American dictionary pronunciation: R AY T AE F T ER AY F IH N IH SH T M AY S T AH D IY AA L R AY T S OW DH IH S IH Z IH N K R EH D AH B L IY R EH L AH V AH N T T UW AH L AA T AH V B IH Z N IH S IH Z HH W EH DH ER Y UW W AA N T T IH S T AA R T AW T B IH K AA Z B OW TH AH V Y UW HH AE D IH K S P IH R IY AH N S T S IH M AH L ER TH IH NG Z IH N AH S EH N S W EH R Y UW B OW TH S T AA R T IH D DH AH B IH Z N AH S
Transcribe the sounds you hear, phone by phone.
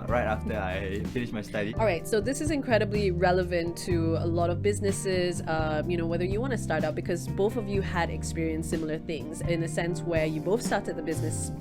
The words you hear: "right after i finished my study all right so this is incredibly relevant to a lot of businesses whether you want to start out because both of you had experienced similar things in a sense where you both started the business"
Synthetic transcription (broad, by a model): R AY T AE F T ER AY F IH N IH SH M AY S T AH D IY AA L R AY T S OW DH IH S IH Z IH N K R EH D AH B L IY R EH L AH V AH N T T UW AH L AA T AH V B IH Z N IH S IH Z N W EH DH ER Y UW W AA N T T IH S T AA R T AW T B IH K AA Z B OW TH AH V Y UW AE D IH K S P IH R IY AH N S S IH M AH L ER TH IH NG Z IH N AH S EH N S W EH R Y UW B OW TH S T AA R T IH D DH AH B IH Z N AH S